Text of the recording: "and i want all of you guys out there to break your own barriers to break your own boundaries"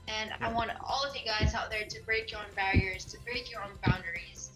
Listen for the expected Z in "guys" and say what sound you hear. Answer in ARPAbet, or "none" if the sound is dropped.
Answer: Z